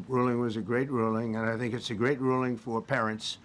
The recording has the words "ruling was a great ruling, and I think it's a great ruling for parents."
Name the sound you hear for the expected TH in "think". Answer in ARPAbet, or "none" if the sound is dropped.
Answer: TH